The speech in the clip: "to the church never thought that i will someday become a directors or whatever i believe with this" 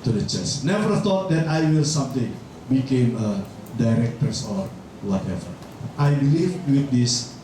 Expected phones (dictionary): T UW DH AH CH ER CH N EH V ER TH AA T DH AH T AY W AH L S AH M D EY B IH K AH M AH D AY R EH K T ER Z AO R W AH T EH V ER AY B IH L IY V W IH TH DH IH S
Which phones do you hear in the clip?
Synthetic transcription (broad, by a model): T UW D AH CH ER S N EH V ER F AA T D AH T AY W AH L S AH M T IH B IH K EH M AH D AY R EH K T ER S AO R W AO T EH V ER AY B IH L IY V W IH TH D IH S